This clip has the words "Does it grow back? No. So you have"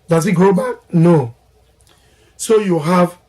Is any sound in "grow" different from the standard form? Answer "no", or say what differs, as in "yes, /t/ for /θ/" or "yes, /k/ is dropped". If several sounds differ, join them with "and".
yes, /ɹ/ is dropped